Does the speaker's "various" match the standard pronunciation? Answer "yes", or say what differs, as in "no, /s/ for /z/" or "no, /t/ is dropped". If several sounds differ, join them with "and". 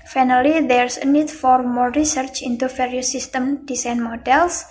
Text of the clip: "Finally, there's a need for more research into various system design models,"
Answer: no, /f/ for /v/